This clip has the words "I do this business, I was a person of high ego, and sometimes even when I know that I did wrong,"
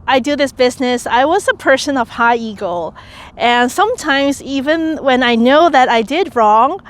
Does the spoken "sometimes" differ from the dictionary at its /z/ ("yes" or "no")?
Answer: no